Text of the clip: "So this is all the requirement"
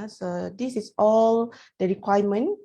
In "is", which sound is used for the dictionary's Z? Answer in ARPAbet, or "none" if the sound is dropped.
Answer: S